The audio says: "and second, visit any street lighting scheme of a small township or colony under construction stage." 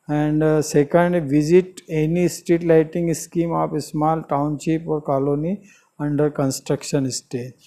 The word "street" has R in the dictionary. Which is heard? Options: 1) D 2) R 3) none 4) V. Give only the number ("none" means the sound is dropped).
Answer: 3